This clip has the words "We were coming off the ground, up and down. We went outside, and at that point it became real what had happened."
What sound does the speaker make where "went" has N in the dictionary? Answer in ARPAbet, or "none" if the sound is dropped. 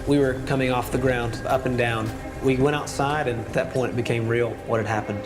none